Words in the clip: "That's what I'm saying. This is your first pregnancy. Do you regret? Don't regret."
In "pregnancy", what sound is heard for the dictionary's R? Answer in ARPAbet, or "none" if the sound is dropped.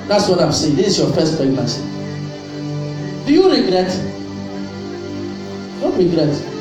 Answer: none